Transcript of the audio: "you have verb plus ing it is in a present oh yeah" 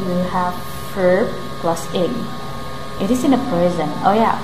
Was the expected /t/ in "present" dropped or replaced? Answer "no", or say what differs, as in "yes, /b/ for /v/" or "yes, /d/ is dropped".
yes, /t/ is dropped